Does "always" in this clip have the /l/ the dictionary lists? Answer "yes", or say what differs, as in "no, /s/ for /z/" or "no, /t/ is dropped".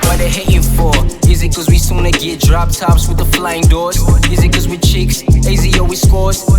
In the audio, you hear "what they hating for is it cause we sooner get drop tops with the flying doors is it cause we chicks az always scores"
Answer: no, /l/ is dropped